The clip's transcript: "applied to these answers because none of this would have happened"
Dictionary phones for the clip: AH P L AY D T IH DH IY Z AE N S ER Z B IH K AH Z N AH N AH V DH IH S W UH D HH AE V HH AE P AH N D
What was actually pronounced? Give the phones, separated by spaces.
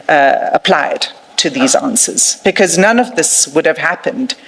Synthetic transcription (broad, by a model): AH P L AY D T IH DH IY Z AE N S ER Z B IH K AH Z N AH N AH V DH IH S W UH D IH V HH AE P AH N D